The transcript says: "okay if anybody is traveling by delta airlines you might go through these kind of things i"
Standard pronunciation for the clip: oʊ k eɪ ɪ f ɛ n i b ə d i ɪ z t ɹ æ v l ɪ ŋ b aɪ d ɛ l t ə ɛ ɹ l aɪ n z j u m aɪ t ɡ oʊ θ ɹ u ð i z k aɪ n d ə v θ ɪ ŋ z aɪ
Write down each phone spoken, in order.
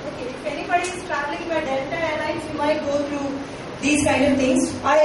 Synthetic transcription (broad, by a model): oʊ k eɪ ɪ f ɛ n i b ə d i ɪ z t ɹ æ v l ɪ ŋ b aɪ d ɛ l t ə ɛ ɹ n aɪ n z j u m aɪ t ɡ oʊ t ɹ u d i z k aɪ n d ə v t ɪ ŋ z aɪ